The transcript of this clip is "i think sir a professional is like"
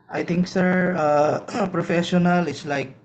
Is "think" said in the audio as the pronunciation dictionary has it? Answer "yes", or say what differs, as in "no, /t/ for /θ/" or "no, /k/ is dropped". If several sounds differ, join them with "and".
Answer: no, /t/ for /θ/